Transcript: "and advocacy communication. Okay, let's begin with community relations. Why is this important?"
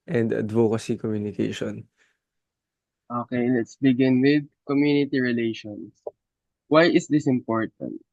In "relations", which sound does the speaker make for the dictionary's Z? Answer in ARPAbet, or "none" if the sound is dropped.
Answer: S